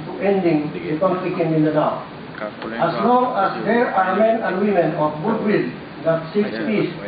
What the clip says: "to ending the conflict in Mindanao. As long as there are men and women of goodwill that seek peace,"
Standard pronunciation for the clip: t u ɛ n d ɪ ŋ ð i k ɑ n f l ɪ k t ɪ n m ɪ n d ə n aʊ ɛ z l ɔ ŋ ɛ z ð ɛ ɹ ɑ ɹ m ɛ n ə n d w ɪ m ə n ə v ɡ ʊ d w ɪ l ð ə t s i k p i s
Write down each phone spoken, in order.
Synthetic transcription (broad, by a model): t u ɛ n d ɪ ŋ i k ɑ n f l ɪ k ɪ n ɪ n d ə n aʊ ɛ s l ɔ ŋ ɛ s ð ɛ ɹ ɑ ɹ m ɛ n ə n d w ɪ m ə n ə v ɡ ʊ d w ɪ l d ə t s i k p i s